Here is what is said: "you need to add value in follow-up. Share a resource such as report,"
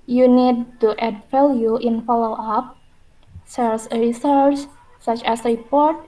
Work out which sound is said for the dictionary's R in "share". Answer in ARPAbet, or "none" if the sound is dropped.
L